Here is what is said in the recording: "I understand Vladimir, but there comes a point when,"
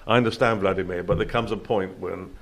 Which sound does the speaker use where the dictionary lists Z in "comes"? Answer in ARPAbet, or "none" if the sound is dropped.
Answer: Z